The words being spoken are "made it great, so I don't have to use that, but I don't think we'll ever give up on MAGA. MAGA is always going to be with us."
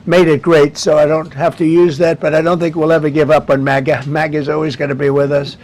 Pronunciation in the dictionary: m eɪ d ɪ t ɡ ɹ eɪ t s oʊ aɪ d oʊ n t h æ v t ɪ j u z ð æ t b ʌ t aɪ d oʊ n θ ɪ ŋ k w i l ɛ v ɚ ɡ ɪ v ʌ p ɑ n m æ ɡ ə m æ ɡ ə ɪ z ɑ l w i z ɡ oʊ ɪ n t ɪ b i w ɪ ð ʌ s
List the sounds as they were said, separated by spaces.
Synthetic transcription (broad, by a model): m eɪ d ɪ t ɡ ɹ eɪ t s oʊ aɪ d oʊ n t h æ f t ɪ j u z ð æ t b ʌ t aɪ d oʊ n θ ɪ ŋ k w i l ɛ v ɚ ɡ ɪ v ʌ p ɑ n m æ ɡ ə m æ ɡ ə ɪ z ɑ l w i z ɡ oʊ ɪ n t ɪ b i w ɪ ð ʌ s